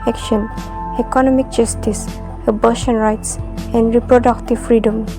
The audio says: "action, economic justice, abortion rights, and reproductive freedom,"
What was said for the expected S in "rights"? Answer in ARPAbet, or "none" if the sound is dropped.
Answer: S